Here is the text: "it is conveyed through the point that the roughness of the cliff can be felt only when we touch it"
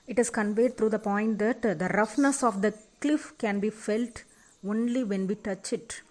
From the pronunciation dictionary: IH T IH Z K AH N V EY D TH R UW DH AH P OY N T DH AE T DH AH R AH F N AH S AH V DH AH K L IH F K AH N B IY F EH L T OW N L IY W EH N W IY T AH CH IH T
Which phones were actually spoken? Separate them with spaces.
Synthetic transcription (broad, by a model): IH T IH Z K AH N V EY D T R UW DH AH P OY N T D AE T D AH R AH F N AH S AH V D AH K L IH F K AH N B IY F EH L T OW N L IY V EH N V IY T AH CH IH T